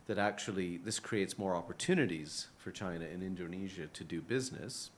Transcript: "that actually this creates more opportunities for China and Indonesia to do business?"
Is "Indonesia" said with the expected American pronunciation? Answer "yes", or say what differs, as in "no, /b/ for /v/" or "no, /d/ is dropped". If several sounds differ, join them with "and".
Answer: yes